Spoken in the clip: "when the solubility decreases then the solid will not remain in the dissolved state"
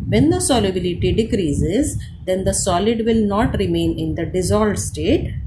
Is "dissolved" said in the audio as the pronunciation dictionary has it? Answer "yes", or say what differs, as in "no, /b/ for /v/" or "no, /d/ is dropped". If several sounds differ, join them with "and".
no, /v/ is dropped